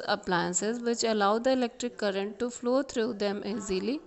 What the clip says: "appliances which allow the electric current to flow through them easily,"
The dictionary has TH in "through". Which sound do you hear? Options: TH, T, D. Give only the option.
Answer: T